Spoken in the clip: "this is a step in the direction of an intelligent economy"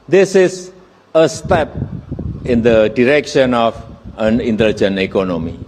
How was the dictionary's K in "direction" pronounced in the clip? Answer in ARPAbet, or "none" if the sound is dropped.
K